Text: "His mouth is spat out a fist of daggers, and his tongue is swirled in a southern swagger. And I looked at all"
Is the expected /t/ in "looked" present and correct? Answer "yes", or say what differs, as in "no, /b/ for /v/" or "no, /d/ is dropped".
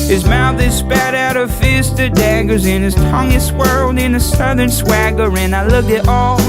no, /t/ is dropped